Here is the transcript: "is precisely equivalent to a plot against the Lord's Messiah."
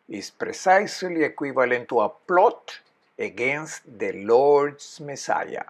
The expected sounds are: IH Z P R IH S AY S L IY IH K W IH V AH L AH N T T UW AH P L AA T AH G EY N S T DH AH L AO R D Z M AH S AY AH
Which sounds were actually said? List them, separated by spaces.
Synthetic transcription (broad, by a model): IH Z P R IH S AY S L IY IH K W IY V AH L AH N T T UW AH P L AA T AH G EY N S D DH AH L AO R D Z M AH S AY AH